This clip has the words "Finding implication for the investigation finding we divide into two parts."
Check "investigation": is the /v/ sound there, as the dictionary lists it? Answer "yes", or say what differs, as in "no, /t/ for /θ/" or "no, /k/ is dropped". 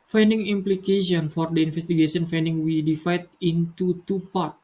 no, /f/ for /v/